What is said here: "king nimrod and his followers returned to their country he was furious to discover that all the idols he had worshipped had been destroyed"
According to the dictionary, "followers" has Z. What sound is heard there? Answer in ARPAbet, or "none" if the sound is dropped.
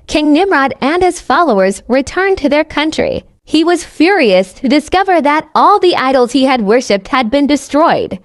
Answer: Z